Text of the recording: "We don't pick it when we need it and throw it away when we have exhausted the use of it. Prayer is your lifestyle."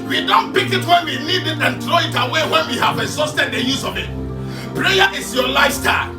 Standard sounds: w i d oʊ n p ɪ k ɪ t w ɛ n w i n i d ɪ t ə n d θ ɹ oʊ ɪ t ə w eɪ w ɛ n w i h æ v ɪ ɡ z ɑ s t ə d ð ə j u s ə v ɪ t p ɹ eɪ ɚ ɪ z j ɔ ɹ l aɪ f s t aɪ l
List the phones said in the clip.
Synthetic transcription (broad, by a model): w i d oʊ n p ɪ k ɪ t w ɛ n w i l i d ɪ t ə n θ ɹ oʊ ɪ t ə w eɪ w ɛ n w i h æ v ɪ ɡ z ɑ s t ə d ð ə j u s ə v ɪ t p ɹ eɪ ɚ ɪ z j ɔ l aɪ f s t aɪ